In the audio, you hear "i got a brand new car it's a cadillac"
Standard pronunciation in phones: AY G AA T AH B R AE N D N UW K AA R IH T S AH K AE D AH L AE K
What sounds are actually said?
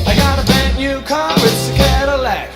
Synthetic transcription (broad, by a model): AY G AA T AH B AE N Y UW K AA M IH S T AH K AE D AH L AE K